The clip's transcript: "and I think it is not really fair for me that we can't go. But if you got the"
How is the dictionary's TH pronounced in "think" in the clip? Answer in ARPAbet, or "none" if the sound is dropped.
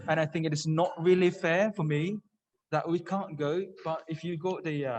TH